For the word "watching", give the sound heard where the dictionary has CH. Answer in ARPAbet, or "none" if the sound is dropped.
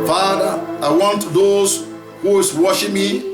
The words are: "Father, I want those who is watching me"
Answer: SH